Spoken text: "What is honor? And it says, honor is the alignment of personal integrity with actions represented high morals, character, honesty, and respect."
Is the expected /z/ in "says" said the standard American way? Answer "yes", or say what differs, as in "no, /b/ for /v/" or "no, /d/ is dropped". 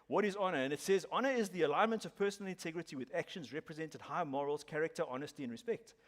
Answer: yes